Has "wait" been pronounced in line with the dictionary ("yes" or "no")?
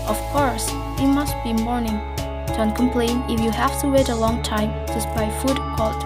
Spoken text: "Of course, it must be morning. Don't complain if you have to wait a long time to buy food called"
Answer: yes